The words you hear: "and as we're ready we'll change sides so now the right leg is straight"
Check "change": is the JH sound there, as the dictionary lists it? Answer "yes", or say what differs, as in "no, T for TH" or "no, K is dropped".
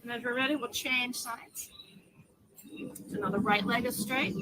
no, ZH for JH